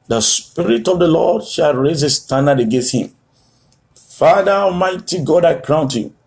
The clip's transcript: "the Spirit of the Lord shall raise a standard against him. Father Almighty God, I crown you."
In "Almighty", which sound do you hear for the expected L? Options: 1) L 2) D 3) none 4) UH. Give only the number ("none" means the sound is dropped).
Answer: 3